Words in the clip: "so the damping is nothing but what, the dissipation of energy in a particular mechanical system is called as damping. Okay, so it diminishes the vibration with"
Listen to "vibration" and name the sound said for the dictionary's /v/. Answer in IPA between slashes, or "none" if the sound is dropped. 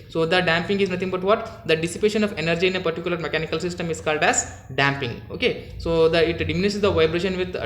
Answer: /v/